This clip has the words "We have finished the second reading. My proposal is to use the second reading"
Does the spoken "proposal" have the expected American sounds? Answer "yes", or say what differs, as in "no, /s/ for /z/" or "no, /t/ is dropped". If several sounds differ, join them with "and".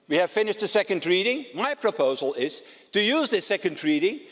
yes